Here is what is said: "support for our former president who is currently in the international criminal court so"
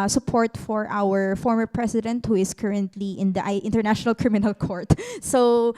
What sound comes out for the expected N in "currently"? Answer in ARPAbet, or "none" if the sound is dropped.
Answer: N